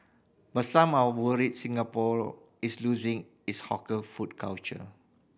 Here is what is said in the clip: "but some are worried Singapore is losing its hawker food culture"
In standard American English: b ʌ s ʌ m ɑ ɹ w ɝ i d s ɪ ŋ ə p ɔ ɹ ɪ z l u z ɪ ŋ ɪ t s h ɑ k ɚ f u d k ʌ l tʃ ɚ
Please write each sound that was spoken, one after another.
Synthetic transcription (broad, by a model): b ʌ s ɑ m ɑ w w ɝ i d s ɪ ŋ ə p ɔ ɹ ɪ s l u z ɪ ŋ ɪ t s h ɑ k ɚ f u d k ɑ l tʃ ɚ